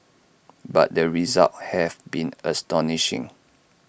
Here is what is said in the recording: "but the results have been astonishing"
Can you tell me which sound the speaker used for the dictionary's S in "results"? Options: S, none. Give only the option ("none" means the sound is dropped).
none